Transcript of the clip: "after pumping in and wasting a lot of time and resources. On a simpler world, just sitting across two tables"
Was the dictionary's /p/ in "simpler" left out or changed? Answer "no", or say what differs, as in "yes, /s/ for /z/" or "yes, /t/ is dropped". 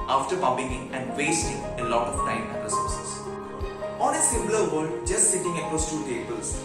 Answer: yes, /p/ is dropped